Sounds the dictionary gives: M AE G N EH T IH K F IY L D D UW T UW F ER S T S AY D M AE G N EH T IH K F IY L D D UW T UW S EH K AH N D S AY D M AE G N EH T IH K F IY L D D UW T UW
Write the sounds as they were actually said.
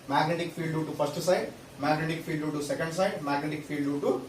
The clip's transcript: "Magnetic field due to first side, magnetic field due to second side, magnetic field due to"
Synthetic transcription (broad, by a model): M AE G N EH T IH K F IY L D D UW T UW P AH S T S AY D M AE G N EH T IH K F IY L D D UW T UW S EH K AH N D S AY D M AE G N EH T IH K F IY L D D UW T UW